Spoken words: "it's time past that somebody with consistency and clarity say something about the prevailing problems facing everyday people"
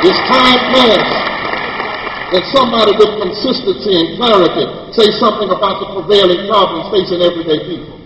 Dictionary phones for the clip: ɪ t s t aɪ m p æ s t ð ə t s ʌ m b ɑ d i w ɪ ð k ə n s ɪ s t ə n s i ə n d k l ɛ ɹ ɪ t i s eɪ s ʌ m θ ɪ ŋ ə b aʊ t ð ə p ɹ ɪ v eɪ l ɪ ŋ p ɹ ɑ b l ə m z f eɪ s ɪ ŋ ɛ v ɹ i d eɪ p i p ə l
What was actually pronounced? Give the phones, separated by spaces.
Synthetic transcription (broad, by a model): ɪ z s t aɪ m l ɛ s ð ə t s ʌ m b ɑ d i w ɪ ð k ə n s ɪ s t ə n s i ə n k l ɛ ɹ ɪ t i s eɪ s ʌ m θ ɪ ŋ ə b aʊ t ð ə p ɹ ɪ v eɪ l ɪ ŋ p ɹ ɑ b l ə m z f eɪ s ɪ ŋ ɛ v ɹ i d eɪ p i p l